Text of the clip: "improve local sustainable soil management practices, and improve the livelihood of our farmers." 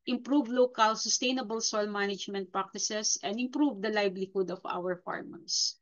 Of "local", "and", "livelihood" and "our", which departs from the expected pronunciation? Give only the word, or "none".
livelihood